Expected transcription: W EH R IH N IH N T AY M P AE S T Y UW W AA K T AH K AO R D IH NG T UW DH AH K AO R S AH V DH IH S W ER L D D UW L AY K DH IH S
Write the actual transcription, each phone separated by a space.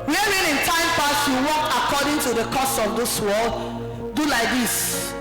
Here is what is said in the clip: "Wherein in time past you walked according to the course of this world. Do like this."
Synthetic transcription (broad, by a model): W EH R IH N IH N T AY M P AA S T Y UW W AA K AH K AO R D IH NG T UW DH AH K AO S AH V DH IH S W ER L D D UW L AY K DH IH S